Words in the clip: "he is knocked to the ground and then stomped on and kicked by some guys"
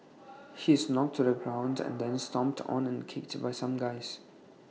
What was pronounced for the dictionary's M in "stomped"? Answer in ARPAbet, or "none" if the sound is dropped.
M